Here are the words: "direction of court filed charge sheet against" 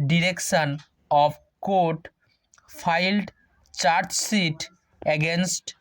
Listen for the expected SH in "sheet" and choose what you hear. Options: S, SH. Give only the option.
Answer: S